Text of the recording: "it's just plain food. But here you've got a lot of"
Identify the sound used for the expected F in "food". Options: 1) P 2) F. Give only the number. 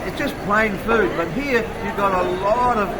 2